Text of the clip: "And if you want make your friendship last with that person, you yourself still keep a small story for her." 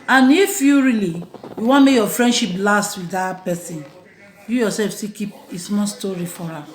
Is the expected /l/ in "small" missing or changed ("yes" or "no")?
yes